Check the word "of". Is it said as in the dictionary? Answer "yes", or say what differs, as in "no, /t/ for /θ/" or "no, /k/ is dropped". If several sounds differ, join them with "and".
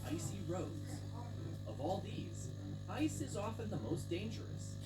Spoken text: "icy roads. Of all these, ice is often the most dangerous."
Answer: yes